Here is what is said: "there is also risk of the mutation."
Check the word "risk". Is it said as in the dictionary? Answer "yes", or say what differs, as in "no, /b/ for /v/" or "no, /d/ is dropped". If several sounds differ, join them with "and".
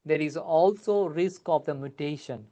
yes